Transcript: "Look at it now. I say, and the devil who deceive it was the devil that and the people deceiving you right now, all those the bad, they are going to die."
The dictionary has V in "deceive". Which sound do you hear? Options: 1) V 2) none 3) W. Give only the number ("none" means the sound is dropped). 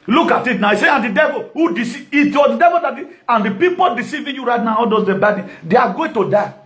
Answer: 2